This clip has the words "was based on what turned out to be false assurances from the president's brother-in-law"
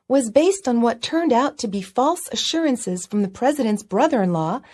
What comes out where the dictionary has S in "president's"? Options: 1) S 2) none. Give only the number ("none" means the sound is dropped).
1